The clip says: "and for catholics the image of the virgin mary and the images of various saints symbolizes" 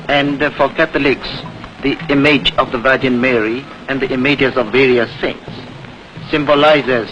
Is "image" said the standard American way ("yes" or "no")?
yes